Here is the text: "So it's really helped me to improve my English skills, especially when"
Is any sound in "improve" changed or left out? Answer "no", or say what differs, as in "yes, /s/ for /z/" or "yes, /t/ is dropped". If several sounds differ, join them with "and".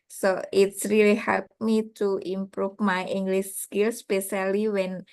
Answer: yes, /f/ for /v/